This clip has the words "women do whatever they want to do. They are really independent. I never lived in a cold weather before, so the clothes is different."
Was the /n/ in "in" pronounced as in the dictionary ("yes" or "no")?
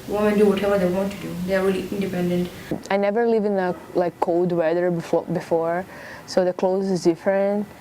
no